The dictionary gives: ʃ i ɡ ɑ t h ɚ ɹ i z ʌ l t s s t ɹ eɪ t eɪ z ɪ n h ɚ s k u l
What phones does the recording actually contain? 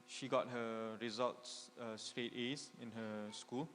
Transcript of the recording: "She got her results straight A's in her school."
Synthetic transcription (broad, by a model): ʃ i ɡ ɑ t h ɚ ɹ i z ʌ l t s s t ɹ eɪ t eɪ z ɪ n h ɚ s k u l